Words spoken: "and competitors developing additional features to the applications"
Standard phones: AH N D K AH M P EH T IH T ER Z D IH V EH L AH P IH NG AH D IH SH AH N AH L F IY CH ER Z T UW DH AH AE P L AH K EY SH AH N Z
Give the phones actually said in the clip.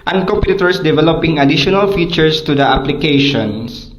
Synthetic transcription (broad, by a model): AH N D K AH M P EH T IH T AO S D IH V EH L AH P IH NG AH D IH SH AH N AH L F IY CH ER S T UW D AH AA P L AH K EY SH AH N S